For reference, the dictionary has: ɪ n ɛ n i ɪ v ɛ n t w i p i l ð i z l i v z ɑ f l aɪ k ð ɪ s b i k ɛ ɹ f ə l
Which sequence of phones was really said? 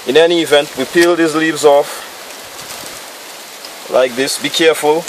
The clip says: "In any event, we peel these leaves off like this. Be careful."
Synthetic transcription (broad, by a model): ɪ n ɛ n i ɪ v ɛ n t w i p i l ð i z l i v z ɑ f l aɪ k ð ɪ s b i k ɛ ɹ f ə l